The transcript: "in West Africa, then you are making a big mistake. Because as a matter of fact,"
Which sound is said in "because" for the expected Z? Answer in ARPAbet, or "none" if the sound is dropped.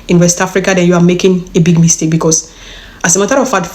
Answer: S